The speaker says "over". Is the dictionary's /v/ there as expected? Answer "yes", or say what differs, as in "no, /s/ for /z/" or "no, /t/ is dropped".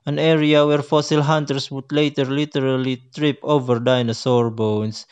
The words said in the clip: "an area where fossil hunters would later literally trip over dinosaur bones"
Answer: yes